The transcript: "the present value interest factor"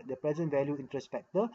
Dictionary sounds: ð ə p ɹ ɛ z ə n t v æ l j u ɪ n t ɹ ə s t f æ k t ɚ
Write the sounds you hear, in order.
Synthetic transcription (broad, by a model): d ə p ɹ ɛ z ə n t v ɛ l j u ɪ n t ɹ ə s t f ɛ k t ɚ